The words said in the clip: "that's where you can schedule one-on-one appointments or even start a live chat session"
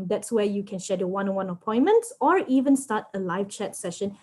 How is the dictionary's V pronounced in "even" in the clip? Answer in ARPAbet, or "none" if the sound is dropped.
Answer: V